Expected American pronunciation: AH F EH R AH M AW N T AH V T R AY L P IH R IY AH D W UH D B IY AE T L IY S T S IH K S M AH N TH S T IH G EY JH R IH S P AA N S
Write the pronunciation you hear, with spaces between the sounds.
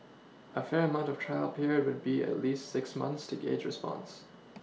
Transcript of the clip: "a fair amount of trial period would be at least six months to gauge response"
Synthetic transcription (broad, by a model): AH F EH R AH M AW N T AH V T R AY L P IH R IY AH D W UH D B IY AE T L IY S T S IH K S M AH N TH S T IH G EY JH R IH S P AA N S